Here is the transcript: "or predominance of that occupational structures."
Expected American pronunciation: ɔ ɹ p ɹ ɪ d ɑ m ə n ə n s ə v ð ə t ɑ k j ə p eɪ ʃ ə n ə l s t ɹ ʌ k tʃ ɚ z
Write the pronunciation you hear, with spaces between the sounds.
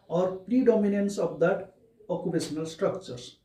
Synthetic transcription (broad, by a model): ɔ ɹ p ɹ ɪ d ɑ m ə n ə n s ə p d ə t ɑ k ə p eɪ s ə n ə l s t ɹ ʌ k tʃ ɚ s